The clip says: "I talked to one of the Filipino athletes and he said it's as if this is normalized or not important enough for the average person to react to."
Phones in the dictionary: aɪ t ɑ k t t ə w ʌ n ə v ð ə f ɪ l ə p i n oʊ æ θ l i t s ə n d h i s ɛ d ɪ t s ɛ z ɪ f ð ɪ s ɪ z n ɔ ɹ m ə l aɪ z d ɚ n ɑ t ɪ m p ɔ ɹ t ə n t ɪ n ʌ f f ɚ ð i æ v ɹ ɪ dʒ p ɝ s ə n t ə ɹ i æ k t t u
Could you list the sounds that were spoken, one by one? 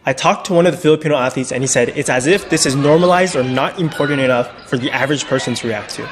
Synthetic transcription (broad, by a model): aɪ t ɑ k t t ə w ʌ n ə v ð ə f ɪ l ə p i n oʊ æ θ i t s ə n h i s ɛ d ɪ t s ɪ z ɪ f ð ɪ s ɪ z n ɔ ɹ m ə l aɪ z d ɚ n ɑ t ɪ m p ɔ ɹ t n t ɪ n ʌ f f ɚ ð i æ v ɹ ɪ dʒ p ɝ s ə n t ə ɹ i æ k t t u